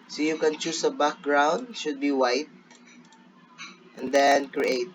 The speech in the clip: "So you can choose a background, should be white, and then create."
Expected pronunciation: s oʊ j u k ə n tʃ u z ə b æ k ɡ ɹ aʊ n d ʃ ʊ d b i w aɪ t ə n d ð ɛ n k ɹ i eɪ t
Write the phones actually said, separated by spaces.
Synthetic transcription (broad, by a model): s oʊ j u k ə n tʃ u s ə b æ k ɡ ɹ aʊ n d ʃ ʊ d b i w aɪ t ə n d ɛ n k ɹ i eɪ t